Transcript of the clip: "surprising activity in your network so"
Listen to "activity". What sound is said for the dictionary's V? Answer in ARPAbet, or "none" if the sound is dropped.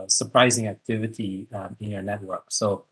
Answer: V